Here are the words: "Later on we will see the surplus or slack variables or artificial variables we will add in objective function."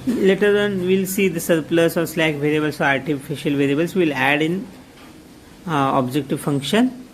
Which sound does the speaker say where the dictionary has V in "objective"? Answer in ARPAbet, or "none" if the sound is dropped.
V